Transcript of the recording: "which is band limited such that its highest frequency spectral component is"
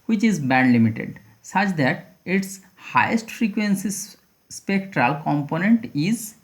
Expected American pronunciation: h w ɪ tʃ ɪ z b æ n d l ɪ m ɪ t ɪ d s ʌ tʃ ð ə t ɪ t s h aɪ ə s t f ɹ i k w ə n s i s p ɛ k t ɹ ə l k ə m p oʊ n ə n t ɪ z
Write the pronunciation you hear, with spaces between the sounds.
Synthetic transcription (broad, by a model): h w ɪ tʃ ɪ z b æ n d l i m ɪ t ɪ d s ʌ tʃ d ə t ɪ t s h aɪ ə s t f ɹ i k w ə n s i s p ɛ k t ɹ ə l k ə m p oʊ n ə n t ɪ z